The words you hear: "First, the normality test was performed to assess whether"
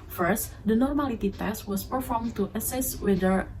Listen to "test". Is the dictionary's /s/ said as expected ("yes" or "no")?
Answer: yes